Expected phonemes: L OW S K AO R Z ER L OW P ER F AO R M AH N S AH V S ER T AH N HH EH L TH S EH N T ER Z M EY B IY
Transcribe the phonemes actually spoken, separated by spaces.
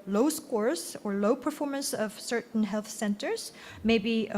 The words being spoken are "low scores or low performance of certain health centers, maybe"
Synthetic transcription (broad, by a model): L OW S K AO R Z ER L OW P ER F AO R M AH N S AH V S ER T N HH EH L TH S EH N T ER Z M EY B IY